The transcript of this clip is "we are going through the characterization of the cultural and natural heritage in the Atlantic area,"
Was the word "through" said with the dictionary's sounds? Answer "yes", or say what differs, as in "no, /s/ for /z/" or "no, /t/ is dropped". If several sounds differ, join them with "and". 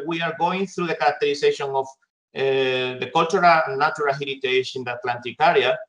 yes